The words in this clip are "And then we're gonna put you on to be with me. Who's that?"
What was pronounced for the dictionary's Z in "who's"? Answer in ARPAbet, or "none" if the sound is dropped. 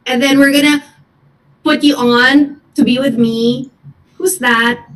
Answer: Z